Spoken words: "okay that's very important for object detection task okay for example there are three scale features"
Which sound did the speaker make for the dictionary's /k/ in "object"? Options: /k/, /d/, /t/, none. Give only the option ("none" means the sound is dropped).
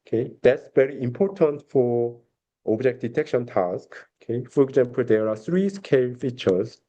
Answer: /k/